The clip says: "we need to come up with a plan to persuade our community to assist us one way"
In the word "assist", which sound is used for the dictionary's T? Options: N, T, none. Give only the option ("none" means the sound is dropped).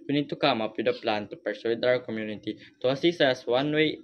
none